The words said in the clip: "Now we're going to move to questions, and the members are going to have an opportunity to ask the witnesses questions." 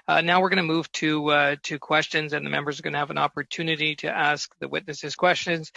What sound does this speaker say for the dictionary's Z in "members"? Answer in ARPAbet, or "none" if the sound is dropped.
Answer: Z